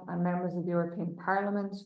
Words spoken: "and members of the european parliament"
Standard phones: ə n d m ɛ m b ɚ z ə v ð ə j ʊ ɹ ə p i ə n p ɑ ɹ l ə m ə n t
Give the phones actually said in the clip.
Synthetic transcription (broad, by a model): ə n m ɛ m b ɚ z ə v ð ə j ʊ ɹ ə p i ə n p ɑ ɹ l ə m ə n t